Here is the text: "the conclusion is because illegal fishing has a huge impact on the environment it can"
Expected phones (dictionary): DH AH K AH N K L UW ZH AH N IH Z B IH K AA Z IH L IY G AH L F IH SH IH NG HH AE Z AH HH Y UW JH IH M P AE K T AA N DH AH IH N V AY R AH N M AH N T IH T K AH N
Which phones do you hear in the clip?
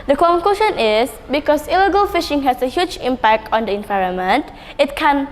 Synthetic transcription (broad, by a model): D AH K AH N K L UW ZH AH N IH S B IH K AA S IH L IY G AH L F IH SH IH NG HH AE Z AH HH Y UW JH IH M P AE K T AA N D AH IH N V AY R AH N M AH N T IH T K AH N